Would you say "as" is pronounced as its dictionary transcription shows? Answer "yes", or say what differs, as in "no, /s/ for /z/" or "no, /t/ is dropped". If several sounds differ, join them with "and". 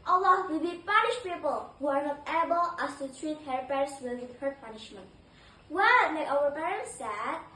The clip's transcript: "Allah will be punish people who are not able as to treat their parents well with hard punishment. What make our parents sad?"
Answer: no, /s/ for /z/